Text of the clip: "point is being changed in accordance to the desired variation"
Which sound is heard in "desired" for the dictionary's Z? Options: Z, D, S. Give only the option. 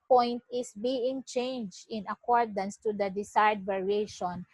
S